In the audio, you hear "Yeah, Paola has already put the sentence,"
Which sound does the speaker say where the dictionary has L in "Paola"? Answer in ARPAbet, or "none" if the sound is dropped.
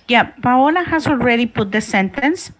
L